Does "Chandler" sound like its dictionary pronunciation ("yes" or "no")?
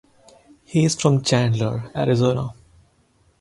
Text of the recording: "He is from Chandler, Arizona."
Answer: yes